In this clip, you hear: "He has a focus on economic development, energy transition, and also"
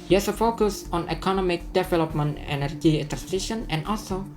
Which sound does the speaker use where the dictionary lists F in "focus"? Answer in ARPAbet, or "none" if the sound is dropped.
F